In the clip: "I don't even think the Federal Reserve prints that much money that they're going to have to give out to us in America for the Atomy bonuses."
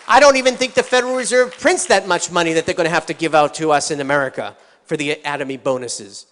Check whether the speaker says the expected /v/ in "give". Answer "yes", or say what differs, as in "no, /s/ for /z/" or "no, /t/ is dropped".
yes